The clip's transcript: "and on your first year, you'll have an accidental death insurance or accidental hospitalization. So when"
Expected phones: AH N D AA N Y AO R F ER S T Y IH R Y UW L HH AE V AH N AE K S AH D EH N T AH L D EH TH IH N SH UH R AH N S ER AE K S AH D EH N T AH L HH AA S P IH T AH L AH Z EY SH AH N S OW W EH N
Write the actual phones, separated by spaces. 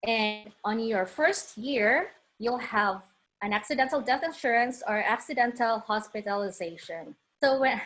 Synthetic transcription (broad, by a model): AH N D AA N Y AO R F ER S T Y IH R Y UW L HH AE V AH N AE K S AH D EH N T L D EH TH IH N SH UH R AH N S ER AE K S AH D EH N T AH L HH AA S P IH T AH L AH Z EY SH AH N S OW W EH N